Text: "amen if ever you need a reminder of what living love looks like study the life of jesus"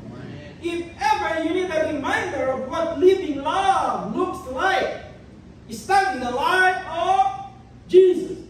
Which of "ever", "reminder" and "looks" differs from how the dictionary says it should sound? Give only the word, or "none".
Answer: none